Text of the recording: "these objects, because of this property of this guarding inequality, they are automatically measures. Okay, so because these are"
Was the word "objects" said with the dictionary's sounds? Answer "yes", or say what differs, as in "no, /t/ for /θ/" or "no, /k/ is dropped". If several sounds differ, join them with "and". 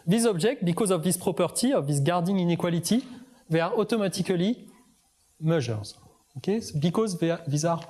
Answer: no, /ʒ/ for /dʒ/ and /s/ is dropped